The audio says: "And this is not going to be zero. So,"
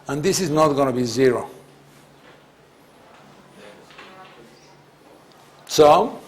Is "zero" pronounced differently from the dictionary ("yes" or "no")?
no